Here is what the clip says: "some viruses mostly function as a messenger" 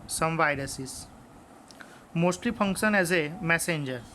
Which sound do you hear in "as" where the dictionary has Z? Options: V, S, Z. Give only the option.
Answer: Z